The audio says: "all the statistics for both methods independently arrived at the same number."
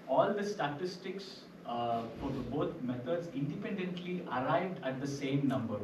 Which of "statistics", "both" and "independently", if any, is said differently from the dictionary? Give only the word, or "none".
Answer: both